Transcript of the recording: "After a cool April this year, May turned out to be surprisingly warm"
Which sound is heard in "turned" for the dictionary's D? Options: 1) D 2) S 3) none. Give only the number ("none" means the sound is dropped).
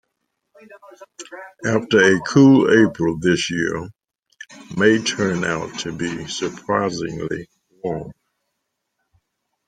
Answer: 3